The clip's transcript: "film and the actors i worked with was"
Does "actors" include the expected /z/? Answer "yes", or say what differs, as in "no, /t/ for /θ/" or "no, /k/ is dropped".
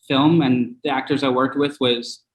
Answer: yes